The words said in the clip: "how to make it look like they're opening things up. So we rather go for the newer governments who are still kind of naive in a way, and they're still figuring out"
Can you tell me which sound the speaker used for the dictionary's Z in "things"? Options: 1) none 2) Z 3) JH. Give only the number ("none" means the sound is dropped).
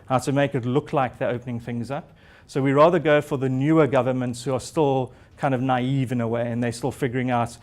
2